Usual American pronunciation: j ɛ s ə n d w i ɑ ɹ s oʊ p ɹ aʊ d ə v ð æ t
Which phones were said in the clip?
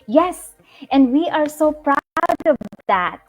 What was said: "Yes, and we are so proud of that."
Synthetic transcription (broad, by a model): j ɛ s ə n d w i ɑ ɹ s oʊ p ɹ aʊ d ə v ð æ t